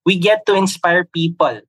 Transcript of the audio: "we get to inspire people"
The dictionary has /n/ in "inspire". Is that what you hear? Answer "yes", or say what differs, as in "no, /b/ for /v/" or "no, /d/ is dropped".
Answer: yes